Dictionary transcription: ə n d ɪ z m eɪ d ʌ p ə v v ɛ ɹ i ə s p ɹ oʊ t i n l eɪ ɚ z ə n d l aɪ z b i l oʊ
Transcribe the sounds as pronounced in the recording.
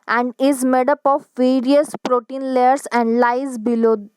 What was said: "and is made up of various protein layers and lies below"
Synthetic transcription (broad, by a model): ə n d ɪ z m eɪ d ʌ p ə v v ɛ ɹ i ə s p ɹ oʊ t i n l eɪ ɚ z ə n d l aɪ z b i l oʊ